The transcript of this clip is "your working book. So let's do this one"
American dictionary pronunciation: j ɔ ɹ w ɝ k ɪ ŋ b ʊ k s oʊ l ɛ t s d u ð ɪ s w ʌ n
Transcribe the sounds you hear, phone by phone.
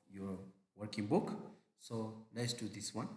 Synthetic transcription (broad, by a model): j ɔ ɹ w ɝ k ɪ ŋ b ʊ k s oʊ n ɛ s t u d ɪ s w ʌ n